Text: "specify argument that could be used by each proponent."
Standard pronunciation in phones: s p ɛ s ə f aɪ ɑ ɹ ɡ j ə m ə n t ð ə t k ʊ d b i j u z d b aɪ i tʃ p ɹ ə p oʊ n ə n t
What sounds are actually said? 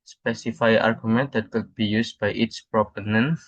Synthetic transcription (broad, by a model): s p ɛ s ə f aɪ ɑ ɹ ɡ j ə m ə n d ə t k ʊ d b i j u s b aɪ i s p ɹ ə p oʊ n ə n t